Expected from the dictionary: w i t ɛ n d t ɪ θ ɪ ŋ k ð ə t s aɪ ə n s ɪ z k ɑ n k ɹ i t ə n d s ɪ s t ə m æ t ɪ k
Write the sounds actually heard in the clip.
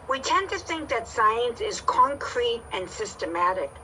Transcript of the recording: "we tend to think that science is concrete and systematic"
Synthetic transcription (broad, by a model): w i t ɛ n t ɪ θ ɪ ŋ k ð ə t s aɪ ə n s ɪ z k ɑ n k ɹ i t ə n s ɪ s t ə m æ t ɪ k